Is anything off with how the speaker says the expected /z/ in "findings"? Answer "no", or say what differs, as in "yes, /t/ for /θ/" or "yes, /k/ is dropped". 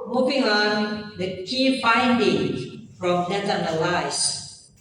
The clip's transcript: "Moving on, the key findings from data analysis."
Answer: yes, /z/ is dropped